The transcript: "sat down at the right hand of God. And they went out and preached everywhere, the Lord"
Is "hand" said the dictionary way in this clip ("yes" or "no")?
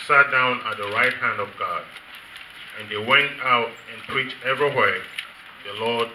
yes